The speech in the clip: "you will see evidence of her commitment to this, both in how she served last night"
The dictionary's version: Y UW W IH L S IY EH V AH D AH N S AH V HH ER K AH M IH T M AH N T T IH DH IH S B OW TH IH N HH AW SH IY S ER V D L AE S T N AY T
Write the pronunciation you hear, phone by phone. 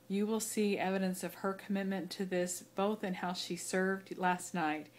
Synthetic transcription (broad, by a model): Y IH W IH L S IY EH V AH D AH N S AH V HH ER K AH M IH T M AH N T T IH DH IH S B OW TH IH N HH AW SH IY S ER V D L AE S T N AY T